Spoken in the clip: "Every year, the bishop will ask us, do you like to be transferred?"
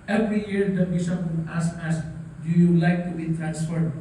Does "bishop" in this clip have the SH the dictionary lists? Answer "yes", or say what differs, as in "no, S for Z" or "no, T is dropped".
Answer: no, S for SH